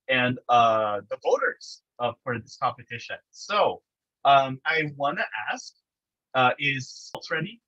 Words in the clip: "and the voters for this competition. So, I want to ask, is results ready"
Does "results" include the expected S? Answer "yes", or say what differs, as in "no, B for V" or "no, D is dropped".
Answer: no, S is dropped